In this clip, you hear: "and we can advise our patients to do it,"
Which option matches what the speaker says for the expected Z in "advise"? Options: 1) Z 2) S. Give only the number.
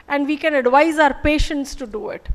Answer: 1